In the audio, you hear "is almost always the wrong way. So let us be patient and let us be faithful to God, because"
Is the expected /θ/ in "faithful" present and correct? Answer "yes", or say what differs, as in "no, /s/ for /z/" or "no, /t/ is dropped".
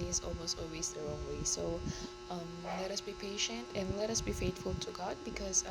no, /t/ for /θ/